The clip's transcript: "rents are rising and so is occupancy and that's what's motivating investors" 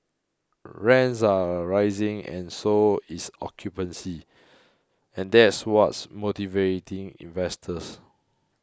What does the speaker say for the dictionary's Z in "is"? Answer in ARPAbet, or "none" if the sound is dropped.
S